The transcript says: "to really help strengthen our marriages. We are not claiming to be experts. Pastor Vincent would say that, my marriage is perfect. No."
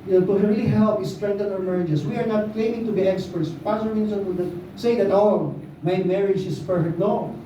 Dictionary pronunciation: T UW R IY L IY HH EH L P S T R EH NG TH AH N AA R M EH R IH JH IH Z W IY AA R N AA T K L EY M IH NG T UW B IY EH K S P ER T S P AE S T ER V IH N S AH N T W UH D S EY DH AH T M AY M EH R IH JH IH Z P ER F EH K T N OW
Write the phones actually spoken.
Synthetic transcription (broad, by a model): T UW R IY L IY HH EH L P S T R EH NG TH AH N AA R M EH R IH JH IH S W IY AA R N AA T K L EY M IH NG T UW B IY EH K S P ER T S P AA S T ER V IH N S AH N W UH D S EY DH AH T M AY M EH R IH JH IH S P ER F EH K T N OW